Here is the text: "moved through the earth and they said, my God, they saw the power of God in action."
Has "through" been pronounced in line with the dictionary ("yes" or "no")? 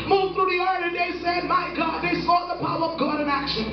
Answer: yes